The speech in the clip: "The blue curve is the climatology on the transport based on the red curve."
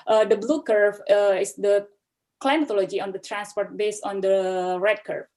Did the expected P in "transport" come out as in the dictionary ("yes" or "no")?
yes